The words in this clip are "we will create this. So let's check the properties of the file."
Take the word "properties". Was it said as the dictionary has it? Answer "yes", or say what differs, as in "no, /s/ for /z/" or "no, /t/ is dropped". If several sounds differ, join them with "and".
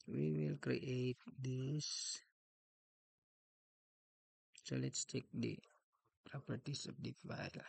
no, /s/ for /z/